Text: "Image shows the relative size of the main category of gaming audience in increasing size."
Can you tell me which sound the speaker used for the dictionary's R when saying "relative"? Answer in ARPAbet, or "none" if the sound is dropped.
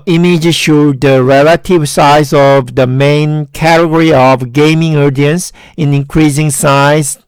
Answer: R